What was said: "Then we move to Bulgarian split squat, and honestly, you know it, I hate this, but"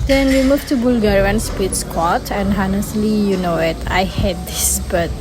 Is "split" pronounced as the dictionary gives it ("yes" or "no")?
no